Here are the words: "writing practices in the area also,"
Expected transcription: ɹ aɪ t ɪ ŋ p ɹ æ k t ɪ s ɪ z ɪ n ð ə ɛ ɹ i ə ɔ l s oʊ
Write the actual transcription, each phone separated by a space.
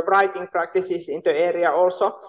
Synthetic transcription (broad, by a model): ɹ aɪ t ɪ ŋ p ɹ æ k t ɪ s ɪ s ɪ n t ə ɛ ɹ i ə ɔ l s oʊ